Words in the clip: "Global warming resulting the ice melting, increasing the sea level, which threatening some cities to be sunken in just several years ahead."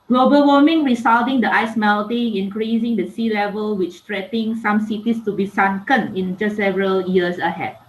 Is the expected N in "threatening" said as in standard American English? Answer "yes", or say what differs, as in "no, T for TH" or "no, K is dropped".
no, N is dropped